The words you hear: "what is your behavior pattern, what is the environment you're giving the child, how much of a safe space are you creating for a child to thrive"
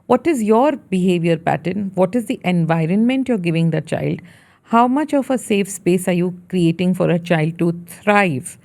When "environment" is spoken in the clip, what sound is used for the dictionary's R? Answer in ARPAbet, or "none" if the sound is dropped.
R